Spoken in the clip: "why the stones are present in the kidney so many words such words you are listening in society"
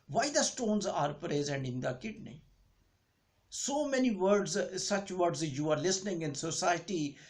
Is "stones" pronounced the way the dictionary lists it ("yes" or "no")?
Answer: yes